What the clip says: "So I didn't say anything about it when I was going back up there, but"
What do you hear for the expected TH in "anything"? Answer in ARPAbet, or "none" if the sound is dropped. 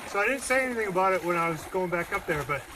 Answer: TH